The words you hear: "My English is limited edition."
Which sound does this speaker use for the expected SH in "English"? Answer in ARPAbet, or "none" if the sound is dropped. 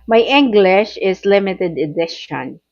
SH